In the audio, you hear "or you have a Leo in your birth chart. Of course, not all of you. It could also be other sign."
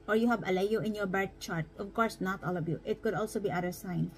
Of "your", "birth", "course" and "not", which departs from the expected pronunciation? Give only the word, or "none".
birth